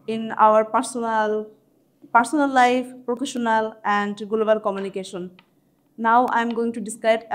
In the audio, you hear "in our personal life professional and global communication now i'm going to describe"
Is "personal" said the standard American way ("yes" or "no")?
no